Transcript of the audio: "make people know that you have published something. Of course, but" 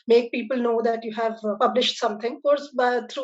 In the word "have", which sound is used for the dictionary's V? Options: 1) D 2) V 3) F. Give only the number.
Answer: 2